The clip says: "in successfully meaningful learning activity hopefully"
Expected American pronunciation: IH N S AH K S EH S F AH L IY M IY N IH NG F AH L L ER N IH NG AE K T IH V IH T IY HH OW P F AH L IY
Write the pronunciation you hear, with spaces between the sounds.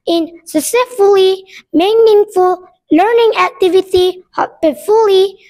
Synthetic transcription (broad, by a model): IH N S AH S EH F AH L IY M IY N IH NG F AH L L ER N IH NG AE K T IH V IH T IY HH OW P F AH L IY